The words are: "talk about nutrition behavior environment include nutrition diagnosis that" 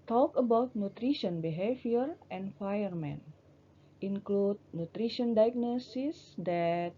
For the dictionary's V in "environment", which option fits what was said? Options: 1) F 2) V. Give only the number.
1